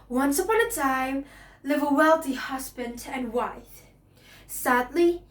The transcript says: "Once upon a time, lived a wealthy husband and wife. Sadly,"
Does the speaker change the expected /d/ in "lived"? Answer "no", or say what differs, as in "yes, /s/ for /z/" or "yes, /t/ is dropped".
yes, /d/ is dropped